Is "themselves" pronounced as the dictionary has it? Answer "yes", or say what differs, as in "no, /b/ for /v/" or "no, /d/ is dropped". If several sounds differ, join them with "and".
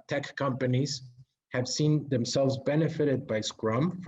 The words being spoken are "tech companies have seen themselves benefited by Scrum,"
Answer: yes